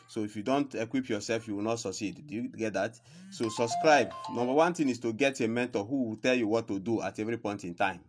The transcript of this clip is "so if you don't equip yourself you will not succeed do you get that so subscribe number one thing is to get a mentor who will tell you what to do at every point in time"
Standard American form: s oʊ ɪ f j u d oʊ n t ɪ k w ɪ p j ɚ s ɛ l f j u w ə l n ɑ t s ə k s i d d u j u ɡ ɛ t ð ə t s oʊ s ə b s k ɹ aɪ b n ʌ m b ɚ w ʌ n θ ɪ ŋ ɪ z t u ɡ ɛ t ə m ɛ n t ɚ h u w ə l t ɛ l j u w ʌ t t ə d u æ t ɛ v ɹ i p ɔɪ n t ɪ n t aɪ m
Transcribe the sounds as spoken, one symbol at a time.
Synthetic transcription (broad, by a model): s oʊ ɪ f j u d oʊ n t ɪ k w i p j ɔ s ɛ l f j u w ə l n ɑ t s ə k s i d d u j u ɡ ɛ t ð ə t s oʊ s ə b s k ɹ aɪ b n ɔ m b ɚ w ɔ n t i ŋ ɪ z t u ɡ ɛ t ə m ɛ n t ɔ h u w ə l t ɛ l j u w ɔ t t ə d u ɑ t ɛ v ɹ i p ɔɪ n t ɪ n t aɪ m